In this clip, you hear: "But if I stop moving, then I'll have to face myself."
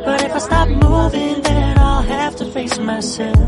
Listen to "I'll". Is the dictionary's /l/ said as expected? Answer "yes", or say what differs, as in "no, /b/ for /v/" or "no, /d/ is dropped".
yes